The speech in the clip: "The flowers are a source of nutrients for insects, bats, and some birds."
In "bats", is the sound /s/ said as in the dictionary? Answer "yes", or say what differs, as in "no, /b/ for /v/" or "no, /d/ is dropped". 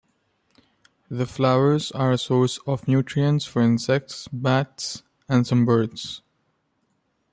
yes